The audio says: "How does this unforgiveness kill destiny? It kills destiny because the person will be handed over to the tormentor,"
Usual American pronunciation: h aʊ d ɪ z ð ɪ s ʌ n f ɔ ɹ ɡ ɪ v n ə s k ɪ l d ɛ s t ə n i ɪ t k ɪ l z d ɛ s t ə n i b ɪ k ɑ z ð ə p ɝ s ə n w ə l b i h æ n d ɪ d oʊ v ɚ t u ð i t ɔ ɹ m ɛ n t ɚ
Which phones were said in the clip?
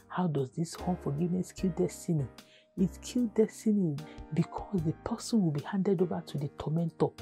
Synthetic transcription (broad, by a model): h aʊ d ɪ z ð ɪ s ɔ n f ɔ ɡ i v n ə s k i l d ɛ s t ə n i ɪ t k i l d ɛ s t ə n i b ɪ k ɑ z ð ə p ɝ s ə n w ə l b i h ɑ n d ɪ d oʊ v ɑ t u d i t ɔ m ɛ n t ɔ